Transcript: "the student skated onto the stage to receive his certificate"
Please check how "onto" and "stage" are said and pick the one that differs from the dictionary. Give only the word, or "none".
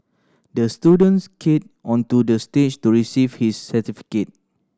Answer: stage